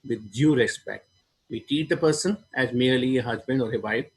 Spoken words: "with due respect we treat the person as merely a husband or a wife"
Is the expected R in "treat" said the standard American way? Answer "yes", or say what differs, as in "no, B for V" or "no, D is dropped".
no, R is dropped